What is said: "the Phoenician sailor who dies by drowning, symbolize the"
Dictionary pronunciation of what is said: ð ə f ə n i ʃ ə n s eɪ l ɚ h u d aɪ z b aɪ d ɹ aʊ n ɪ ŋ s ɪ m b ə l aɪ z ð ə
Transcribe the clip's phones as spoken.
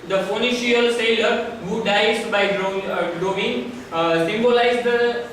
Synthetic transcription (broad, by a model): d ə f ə n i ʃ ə l s eɪ l ɚ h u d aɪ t b aɪ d ɹ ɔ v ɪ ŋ s ɪ m b ə l aɪ z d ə